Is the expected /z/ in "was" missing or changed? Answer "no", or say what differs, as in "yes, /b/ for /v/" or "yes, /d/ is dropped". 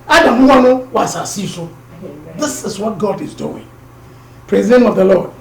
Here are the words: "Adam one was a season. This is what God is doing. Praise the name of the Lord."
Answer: yes, /s/ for /z/